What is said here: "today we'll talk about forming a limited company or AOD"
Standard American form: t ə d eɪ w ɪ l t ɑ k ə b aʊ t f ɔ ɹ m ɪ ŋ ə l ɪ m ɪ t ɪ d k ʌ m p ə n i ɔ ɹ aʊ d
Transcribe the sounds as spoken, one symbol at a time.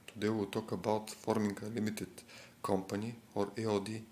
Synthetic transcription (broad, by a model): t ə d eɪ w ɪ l t ɑ k ə b aʊ t f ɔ ɹ m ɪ ŋ ə l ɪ m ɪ t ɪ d k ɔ m p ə n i ɔ ɹ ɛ d